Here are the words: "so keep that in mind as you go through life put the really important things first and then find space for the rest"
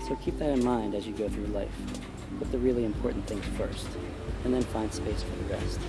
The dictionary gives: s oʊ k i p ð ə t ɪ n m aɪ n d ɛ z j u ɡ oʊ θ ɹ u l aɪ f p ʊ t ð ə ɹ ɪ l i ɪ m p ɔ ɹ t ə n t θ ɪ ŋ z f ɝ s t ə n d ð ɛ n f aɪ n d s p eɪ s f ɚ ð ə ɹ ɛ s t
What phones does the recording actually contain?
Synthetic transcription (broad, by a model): s oʊ k i p ð ə t ɪ n m aɪ n d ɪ z j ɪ ɡ oʊ θ ɹ u l aɪ f p ʊ t ð ə ɹ ɪ l i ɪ m p ɔ ɹ t n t θ ɪ ŋ z f ɝ s t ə n ð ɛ n f aɪ n d s p eɪ s f ɚ ð ə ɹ ɛ s t